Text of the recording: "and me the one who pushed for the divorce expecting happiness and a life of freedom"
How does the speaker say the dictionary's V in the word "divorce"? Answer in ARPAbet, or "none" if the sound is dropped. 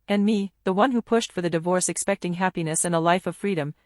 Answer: V